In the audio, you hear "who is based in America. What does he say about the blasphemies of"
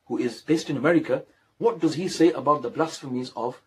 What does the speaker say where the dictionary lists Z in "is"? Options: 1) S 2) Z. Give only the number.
2